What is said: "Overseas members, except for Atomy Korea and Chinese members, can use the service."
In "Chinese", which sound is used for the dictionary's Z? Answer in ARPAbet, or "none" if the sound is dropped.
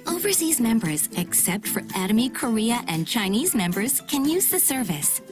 Z